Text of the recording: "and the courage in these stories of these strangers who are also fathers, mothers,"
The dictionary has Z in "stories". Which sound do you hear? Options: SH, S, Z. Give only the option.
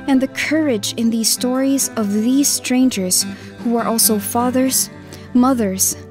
Z